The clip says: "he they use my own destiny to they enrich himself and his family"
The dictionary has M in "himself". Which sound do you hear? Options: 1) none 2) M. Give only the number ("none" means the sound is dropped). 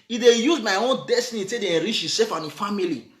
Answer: 1